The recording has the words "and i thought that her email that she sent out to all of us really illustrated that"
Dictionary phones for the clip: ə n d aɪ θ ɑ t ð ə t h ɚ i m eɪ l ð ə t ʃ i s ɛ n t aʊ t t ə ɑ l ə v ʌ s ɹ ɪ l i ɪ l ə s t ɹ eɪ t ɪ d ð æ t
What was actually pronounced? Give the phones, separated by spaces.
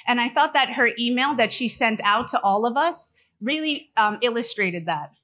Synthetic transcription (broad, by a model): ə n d aɪ θ ɑ t ð ə t h ɚ i m eɪ l ð ə t ʃ i s ɛ n t aʊ t t ɑ l ə v ʌ s ɹ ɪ l i ɪ l ə s t ɹ eɪ t ɪ d ð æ t